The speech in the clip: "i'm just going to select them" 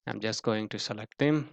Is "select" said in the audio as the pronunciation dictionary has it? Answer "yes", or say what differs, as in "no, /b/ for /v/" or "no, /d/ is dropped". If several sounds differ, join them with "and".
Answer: yes